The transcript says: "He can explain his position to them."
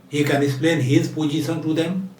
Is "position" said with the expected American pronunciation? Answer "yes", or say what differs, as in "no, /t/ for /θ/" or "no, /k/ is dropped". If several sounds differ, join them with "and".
no, /s/ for /ʃ/